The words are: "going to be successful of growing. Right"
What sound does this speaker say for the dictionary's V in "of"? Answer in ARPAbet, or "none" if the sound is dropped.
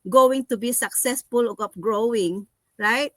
P